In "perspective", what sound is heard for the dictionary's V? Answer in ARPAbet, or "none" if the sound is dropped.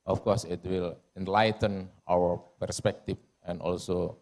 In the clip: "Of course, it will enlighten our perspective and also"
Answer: F